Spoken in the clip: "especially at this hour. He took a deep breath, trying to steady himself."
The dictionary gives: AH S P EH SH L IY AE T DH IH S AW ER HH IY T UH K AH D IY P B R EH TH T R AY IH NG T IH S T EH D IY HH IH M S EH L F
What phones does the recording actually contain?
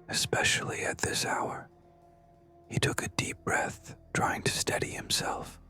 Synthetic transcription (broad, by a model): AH S P EH SH L IY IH T DH IH S AW ER HH IY T UH K AH D IY P B R EH TH T R AY IH NG T IH S T EH D IY HH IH M S EH L F